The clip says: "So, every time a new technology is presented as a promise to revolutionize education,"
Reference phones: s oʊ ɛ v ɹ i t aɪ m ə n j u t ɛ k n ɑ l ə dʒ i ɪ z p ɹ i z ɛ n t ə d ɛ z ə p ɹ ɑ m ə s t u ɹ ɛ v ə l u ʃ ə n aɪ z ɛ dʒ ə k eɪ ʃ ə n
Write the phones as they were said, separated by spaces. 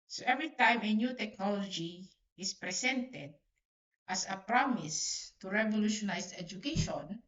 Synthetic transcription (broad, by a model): s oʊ ɛ v ɹ i t aɪ m ə n j u t ɛ k n ɑ l ə dʒ i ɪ s p ɹ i s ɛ n t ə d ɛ s ə p ɹ ɑ m ə s t u ɹ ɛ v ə l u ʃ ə n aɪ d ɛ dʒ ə k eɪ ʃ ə n